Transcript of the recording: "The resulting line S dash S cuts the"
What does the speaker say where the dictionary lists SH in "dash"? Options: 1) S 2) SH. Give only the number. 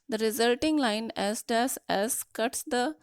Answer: 1